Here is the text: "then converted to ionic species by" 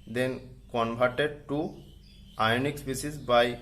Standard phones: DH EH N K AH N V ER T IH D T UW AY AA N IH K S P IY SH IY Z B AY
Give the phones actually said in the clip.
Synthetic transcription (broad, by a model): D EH N K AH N B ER T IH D T UW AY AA N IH K S P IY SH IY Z B AY